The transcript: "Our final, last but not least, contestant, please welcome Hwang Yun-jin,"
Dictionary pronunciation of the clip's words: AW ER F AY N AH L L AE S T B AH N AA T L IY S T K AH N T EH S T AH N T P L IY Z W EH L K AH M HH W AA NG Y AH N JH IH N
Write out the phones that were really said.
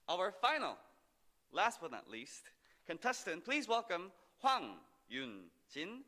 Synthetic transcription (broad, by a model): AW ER F AY N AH L L AE S T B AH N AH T L IY S T K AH N T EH S T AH N P L IY Z W EH L K AH M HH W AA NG Y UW N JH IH N